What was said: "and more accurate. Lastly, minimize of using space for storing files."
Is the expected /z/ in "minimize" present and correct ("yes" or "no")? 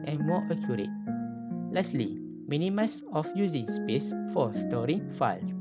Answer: no